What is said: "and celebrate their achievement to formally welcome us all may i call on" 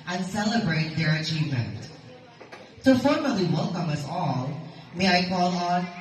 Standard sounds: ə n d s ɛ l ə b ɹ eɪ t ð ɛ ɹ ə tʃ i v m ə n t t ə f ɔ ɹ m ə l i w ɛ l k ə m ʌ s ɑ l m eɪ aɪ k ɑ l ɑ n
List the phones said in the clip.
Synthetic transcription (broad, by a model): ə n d s ɛ l ə b ɹ eɪ t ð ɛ ɹ ə tʃ i v m ə n t t ə f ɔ ɹ m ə l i w ɛ l k ə m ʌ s ɑ l m eɪ aɪ k ɑ l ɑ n